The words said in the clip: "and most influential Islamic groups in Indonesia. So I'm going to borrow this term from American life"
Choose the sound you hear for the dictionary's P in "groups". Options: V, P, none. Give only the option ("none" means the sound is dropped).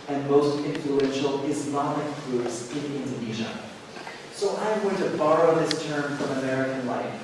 none